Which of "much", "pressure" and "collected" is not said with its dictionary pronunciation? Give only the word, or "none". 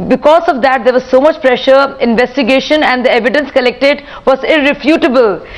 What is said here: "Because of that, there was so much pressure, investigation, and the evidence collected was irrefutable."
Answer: none